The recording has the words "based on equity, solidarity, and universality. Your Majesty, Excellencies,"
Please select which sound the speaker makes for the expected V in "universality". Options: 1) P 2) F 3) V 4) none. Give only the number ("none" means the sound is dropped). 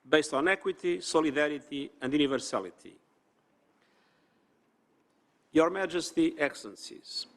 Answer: 3